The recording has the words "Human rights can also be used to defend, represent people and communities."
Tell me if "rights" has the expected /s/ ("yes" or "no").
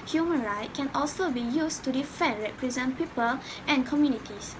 no